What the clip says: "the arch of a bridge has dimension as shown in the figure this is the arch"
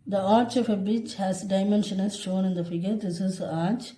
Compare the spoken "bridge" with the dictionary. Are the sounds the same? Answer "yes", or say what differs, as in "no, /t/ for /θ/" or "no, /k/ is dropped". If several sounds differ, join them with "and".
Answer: no, /ɹ/ is dropped and /tʃ/ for /dʒ/